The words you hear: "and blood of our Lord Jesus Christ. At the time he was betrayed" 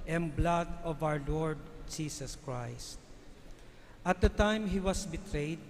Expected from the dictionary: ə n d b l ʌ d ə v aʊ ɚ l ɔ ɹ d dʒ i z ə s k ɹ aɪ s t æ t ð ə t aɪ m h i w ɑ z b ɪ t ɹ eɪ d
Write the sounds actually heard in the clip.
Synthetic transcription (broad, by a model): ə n b l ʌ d ə v aʊ ɚ l ɔ ɹ d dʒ i s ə s k ɹ aɪ s t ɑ t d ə t aɪ m h i w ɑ s b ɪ t ɹ eɪ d